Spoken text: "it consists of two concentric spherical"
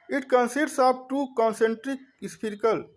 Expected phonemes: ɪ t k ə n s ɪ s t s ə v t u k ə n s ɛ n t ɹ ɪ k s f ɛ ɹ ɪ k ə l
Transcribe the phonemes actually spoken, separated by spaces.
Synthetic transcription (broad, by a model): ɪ t k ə n s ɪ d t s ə b t u k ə n s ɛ n t ɹ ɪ k s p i ɹ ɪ k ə l